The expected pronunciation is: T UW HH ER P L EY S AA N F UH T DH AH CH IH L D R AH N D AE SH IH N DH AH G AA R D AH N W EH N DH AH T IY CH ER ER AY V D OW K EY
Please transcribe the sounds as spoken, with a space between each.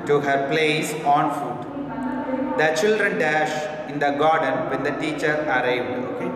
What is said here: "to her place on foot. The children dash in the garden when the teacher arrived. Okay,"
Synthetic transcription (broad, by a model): T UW HH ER P L EY S AA N F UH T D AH CH IH L D R AH N D AE SH IH N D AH G AA R D AH N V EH N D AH T IY CH ER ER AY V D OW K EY